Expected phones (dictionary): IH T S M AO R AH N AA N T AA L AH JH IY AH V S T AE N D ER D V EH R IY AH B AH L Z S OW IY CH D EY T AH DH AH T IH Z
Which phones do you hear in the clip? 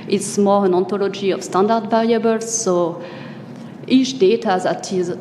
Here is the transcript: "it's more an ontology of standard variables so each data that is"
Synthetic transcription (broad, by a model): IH T S M AO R AH N AA N T AA L AH JH IY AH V S T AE N D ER D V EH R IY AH B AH L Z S OW IY CH D EY T AH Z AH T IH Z